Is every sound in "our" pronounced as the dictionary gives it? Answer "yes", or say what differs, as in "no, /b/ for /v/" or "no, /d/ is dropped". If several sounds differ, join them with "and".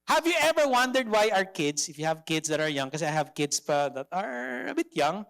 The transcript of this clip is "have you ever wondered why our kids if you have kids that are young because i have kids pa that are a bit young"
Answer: yes